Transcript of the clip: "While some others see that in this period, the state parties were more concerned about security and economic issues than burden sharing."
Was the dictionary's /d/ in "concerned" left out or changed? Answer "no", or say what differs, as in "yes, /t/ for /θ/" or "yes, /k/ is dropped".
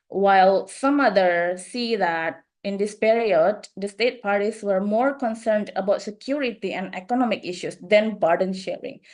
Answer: no